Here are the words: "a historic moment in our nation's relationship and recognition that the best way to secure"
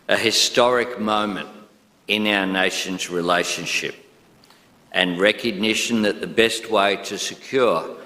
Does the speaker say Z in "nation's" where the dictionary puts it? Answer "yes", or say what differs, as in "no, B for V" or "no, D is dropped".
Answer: yes